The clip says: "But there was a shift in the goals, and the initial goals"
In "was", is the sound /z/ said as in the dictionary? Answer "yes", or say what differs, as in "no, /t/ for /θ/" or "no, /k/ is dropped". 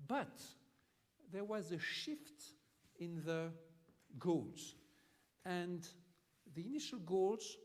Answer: yes